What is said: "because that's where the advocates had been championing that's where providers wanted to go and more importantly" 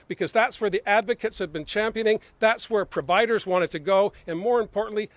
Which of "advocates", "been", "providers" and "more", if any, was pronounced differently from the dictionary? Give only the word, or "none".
none